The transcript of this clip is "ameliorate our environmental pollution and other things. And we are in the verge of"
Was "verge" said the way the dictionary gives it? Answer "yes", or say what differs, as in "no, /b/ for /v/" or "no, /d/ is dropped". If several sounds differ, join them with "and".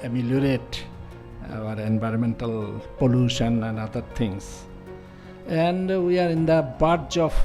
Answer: no, /b/ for /v/